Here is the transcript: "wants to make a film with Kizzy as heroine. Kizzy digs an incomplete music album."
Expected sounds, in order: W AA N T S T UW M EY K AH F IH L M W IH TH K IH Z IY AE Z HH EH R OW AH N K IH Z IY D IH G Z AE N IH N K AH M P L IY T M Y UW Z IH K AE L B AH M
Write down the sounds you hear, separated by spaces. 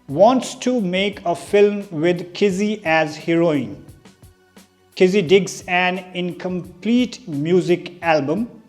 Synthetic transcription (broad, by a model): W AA N T S T UW M EY K AH F IH L M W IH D K IH Z IY AE Z HH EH R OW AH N K IH Z IY D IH G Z AE N IH N K AH M P L IY T M Y UW Z IH K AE L B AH M